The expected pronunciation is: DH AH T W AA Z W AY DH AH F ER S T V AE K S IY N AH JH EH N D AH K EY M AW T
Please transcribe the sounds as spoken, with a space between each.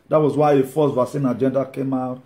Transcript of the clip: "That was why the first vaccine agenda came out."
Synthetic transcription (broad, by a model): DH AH T W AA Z W AY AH F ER S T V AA S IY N AH JH EH N D AH K EY M AW T